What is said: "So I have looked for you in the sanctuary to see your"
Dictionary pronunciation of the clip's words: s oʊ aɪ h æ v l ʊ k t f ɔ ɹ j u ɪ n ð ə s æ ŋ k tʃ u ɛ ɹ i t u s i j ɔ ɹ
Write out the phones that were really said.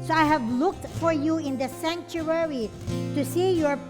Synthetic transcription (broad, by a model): s oʊ aɪ h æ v l ʊ k t f ɔ ɹ j u ɪ n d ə s æ ŋ k tʃ u ɛ ɹ i t u s i j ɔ ɹ